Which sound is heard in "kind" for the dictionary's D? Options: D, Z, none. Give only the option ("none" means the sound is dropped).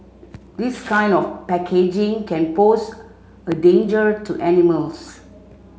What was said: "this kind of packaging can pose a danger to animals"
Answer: D